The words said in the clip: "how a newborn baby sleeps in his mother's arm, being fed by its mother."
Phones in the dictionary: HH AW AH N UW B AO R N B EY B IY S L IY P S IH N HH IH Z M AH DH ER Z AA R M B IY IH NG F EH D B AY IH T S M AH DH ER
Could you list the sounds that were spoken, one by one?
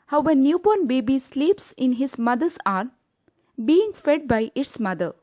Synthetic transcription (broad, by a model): HH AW AH N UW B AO N B EY B IY S L IY P S IH N HH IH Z M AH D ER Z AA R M B IY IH NG F EH D B AY IH T S M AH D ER